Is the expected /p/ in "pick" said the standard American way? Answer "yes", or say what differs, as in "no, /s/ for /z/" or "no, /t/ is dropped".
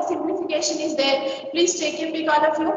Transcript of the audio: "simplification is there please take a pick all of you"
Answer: no, /b/ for /p/